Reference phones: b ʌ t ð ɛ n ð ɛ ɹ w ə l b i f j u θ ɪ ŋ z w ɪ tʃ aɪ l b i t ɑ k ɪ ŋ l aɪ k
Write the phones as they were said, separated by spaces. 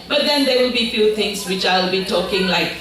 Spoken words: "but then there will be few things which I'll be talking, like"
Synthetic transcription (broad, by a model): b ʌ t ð ɛ n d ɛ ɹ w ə b i f j u t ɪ ŋ s w ɪ tʃ aɪ l b i t ɑ k ɪ ŋ l aɪ k